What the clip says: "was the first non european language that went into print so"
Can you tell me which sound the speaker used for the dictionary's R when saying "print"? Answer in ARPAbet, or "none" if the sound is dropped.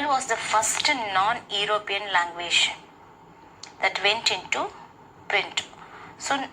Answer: R